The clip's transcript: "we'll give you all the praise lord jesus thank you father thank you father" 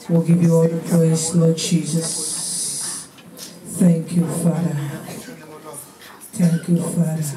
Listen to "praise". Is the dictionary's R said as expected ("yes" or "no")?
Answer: no